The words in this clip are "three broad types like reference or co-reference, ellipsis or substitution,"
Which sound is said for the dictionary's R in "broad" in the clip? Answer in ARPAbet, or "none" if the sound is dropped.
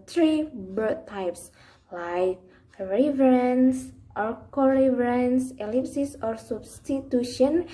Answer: none